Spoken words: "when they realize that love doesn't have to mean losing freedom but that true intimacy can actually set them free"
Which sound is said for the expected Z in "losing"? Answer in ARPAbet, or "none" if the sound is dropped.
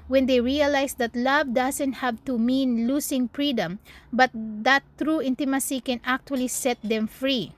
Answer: S